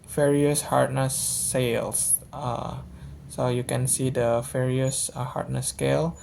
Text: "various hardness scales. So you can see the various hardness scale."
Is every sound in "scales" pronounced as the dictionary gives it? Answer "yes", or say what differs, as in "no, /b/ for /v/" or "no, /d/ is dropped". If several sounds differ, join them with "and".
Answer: no, /k/ is dropped